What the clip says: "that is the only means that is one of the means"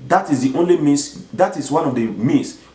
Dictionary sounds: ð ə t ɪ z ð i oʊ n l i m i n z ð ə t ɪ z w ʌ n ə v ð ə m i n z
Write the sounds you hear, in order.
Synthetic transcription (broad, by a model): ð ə t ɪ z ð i oʊ n l i m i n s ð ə t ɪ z w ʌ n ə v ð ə m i n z